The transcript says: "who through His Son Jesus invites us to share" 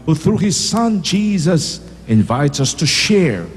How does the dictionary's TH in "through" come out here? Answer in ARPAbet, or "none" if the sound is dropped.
TH